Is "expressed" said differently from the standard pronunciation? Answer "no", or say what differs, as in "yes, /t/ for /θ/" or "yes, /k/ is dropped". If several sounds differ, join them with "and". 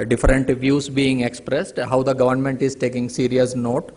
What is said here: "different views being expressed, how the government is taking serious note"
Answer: no